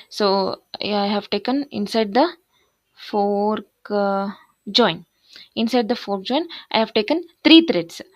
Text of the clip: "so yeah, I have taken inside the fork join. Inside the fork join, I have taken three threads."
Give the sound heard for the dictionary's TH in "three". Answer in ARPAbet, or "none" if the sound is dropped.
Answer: T